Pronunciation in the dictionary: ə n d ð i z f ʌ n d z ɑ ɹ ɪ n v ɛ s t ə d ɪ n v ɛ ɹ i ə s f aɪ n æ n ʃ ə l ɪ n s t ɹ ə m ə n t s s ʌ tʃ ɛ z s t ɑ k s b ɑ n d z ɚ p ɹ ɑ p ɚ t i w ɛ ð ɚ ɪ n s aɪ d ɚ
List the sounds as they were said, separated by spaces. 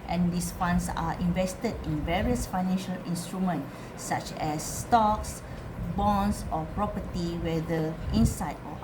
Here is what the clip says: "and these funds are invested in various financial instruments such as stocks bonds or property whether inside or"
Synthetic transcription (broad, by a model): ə n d i s f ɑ n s ɑ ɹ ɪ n v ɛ s t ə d ɪ n v ɛ ɹ i ə s f aɪ n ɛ n ʃ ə l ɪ n s t ɹ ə m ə n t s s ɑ tʃ ɛ s t ɑ k s b ɑ n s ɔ p ɹ ɑ p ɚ t i w ɛ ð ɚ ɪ n s aɪ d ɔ